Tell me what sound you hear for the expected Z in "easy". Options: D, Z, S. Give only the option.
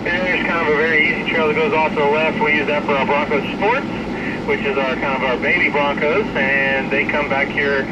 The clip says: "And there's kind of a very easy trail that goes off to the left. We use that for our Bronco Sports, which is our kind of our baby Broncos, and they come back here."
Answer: Z